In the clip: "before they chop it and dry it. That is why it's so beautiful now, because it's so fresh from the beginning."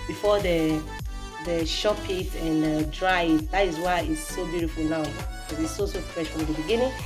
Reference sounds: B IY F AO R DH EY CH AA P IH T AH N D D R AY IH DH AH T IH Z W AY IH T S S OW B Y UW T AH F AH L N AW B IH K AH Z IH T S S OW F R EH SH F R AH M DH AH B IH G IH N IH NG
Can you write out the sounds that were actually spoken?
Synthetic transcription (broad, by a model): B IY F AO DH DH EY SH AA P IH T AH N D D R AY IH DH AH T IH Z W AY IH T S S OW B Y UW T AH F AH L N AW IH AH IH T S S OW F R EH SH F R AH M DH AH B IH G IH N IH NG